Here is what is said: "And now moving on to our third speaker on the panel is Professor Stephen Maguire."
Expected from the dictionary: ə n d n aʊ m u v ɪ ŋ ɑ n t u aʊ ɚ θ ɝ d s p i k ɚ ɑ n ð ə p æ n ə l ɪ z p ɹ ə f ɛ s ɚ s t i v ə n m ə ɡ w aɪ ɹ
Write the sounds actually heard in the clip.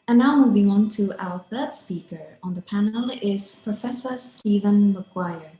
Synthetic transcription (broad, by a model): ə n n aʊ m u v ɪ ŋ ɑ n t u aʊ ɚ θ ɝ d s p i k ɚ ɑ n ð ə p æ n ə l ɪ z p ɹ ə f ɛ s ɚ s t i v ə n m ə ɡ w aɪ ɹ